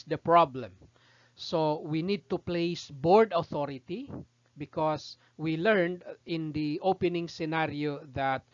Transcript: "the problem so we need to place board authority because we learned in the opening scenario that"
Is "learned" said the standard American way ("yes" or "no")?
yes